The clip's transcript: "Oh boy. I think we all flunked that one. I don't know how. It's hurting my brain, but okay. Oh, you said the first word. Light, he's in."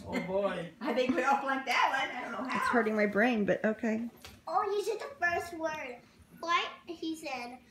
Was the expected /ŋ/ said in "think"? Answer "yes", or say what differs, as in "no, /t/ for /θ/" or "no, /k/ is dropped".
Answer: no, /ŋ/ is dropped